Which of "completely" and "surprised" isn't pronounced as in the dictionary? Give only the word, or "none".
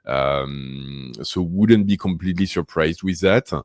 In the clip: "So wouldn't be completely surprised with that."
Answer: none